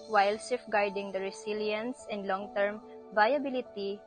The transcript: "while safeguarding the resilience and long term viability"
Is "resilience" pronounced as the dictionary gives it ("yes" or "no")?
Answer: no